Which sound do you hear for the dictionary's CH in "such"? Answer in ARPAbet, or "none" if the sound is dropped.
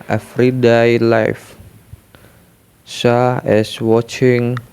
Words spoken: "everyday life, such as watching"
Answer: none